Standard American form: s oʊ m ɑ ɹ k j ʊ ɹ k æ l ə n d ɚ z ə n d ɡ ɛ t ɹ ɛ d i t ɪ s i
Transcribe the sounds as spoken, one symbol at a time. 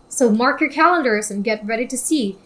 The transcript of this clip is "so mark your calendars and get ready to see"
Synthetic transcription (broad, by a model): s oʊ m ɑ ɹ k j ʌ ɹ k æ l ə n d ɚ z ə n ɡ ɛ t ɹ ɛ d i t ɪ s i